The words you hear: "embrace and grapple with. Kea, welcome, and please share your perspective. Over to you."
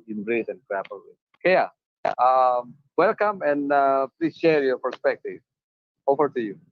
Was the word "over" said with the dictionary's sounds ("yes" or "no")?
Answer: no